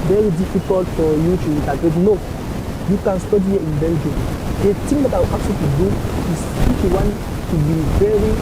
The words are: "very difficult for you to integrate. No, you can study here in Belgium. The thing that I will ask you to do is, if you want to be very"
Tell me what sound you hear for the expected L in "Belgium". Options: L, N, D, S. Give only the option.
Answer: N